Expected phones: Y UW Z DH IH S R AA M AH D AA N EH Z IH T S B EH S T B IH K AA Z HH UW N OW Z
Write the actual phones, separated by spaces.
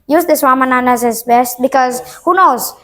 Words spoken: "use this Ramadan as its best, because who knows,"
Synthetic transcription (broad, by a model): Y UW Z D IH S W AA M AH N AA N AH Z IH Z B EH S T B IH K AA Z HH UW N OW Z